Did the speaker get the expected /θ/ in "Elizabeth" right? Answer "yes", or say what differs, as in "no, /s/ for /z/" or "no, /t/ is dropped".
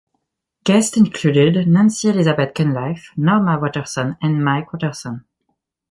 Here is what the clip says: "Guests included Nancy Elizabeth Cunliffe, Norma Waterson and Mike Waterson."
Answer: no, /t/ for /θ/